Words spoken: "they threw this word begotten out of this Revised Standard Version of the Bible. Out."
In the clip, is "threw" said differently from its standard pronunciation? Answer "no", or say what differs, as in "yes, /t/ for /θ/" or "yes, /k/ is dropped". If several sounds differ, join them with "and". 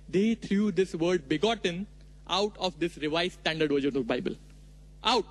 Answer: yes, /t/ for /θ/